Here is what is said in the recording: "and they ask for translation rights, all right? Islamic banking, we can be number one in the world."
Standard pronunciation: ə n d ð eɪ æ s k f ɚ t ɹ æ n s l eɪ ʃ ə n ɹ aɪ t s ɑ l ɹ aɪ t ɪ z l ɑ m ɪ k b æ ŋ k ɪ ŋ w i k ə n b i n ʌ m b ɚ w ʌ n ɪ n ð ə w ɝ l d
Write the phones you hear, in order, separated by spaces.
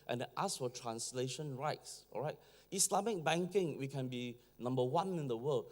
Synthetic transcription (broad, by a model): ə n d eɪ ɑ s f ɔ t ɹ æ n s l eɪ ʃ ə n ɹ aɪ t s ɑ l ɹ aɪ t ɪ s l ɑ m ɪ k b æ ŋ k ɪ ŋ w i k ə n b i n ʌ m b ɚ w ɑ n ɪ n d ə w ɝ l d